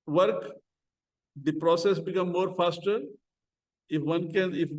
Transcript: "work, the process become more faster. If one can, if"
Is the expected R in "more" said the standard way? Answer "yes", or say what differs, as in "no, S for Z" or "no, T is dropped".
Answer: yes